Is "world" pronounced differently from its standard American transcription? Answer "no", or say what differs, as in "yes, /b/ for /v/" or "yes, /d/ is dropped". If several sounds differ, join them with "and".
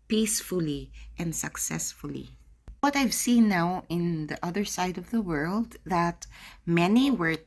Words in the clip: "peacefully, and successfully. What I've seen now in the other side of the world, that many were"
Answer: no